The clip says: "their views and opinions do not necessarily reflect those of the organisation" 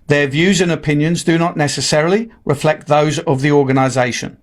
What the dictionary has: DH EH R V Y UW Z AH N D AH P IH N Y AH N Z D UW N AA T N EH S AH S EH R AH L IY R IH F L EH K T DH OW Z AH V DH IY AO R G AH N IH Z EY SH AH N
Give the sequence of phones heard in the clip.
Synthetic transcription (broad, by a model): DH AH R V Y UW Z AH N AH P IH N Y AH N Z D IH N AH T N EH S AH S EH R AH L IY R IH F L EH K T DH OW Z AH V DH IY AO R G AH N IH Z EY SH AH N